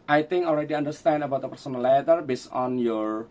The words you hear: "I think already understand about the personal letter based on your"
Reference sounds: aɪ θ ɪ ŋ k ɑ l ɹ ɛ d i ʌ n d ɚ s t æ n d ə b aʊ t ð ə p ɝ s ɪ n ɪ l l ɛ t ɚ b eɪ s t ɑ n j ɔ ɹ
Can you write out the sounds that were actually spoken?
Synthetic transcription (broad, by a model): aɪ t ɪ ŋ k ɑ l ɹ ɛ d i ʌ n d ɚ s t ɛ n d ə b aʊ t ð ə p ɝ s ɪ n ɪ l l ɛ t ɚ b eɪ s ɑ n j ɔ ɹ